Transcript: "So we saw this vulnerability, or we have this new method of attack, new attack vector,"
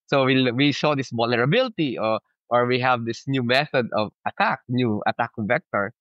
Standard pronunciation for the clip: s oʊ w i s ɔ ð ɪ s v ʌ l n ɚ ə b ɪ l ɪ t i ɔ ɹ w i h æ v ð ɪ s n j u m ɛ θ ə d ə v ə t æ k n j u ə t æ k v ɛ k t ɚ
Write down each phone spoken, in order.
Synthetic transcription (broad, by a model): s oʊ w i ʃ ɔ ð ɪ s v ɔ l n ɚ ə b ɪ l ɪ t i ɔ ɹ w i h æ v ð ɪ s n j u m ɛ θ ə d ə v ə t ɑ k n j u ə t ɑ k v ɛ k t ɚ